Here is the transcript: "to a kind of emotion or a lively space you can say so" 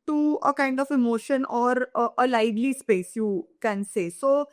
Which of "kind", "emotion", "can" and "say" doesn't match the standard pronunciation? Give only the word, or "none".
none